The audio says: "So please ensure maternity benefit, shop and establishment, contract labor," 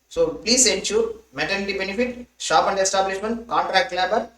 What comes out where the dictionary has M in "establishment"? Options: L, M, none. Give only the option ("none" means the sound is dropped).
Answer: M